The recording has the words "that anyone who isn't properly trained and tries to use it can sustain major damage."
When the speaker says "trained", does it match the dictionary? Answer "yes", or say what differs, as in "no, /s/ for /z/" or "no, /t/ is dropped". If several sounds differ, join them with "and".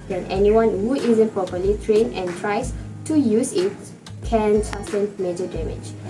no, /d/ is dropped